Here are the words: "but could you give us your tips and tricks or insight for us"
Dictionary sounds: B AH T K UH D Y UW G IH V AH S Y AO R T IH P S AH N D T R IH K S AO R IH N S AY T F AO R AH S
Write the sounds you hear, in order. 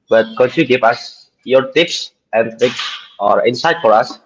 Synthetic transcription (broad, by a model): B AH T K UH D Y UW G IH V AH S Y AO R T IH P S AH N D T IH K S AO R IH N S AY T F AO R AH S